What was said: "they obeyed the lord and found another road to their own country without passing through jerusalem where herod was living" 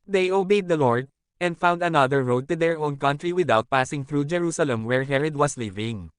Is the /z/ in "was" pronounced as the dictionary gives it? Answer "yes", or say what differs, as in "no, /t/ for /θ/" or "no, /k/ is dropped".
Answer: no, /s/ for /z/